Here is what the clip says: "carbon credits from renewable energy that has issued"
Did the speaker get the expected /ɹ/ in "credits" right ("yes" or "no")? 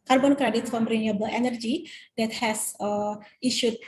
yes